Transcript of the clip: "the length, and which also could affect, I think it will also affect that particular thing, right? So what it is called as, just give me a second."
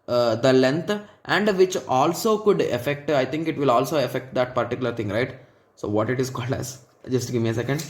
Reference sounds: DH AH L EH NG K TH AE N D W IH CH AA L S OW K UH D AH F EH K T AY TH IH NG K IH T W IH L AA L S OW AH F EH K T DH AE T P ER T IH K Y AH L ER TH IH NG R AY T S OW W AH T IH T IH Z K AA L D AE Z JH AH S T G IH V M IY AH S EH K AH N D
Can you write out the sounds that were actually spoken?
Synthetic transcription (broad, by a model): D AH L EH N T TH AE N D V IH CH AA L S OW K UH D AH F EH K T AY T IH NG K IH T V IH L AA L S OW AH F EH K T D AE T P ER T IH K Y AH L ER T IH NG R AY T S OW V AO T IH T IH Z K AA L D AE S JH AH S T G IH V M IY AH S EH K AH N D